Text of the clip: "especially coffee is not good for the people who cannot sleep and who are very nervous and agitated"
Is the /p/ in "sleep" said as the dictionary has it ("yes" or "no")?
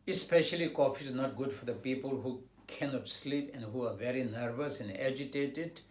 yes